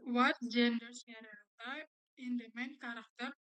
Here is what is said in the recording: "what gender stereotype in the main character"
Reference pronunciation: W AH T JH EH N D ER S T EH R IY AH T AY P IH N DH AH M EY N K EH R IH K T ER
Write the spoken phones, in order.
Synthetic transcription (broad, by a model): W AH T JH EH N D ER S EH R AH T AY IH N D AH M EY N K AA R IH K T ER